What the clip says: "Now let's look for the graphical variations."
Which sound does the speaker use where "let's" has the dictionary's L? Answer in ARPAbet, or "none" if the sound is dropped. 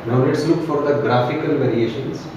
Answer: N